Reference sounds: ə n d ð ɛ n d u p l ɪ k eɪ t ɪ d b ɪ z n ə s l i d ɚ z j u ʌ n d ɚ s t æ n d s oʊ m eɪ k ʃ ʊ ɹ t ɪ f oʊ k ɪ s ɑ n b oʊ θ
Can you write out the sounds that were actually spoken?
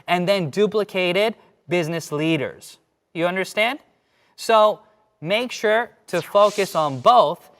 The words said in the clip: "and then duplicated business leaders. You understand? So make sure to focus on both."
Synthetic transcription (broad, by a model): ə n ð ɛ n d u p l ɪ k eɪ t ɪ d b ɪ z n ə s l i d ɚ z j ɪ ʌ n d ɚ s t æ n d s oʊ m eɪ k ʃ ʊ ɹ t ɪ f oʊ k ɪ s n b oʊ θ